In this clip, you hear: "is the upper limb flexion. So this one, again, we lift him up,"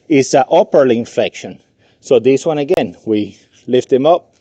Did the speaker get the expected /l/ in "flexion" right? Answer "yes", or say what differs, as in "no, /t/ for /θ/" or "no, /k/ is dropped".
no, /l/ is dropped